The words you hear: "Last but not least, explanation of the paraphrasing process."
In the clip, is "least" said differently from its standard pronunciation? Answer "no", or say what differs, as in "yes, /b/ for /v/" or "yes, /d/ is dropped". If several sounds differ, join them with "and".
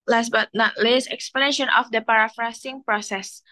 yes, /t/ is dropped